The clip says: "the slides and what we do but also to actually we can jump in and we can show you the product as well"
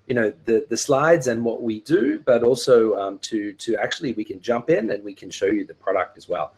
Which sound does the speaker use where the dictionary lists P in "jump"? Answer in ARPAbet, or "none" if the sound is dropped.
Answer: P